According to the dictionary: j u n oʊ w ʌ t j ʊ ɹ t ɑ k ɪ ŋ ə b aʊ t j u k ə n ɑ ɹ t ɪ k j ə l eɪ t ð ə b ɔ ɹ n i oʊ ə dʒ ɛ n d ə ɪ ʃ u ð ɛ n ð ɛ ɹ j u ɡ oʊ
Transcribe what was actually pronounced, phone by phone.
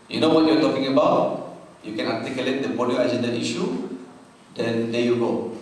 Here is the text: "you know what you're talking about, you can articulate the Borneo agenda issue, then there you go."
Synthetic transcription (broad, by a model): j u n oʊ w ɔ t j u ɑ t ɑ k ɪ ŋ ə b aʊ t j u k ə n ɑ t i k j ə l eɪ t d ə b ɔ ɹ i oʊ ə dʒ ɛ n d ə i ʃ u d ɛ n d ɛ j u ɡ oʊ